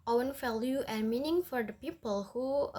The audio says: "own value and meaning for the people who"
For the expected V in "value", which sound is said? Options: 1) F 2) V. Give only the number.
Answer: 1